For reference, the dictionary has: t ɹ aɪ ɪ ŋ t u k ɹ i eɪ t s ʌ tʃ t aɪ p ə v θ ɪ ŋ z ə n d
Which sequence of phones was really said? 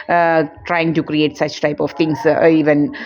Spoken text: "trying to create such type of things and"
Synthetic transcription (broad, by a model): t ɹ aɪ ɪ ŋ t u k ɹ i eɪ t s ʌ tʃ t aɪ p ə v t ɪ ŋ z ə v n